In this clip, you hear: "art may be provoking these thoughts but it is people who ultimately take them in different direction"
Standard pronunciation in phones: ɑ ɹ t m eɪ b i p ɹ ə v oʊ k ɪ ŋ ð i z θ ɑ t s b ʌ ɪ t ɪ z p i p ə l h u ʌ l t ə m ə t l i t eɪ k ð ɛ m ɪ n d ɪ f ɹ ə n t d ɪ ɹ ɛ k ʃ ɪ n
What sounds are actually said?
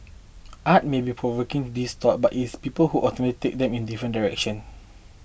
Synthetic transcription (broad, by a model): ɑ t m eɪ b i p ɹ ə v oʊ k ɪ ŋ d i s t ɑ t b ɪ t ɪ s p i p ə l h u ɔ t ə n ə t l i t eɪ k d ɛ m ɪ n d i f ɹ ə n d ɪ ɹ ɛ k ʃ ɪ n